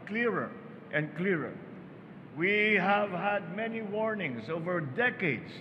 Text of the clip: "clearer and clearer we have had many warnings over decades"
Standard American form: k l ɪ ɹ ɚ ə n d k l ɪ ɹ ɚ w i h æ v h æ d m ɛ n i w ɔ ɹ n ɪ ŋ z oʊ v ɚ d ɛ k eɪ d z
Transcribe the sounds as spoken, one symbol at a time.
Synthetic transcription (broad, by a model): k l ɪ ɹ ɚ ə n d k l ɪ ɹ ɚ w i h æ v h æ d m ɛ n i w ɔ ɹ n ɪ ŋ s oʊ v ɚ d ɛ k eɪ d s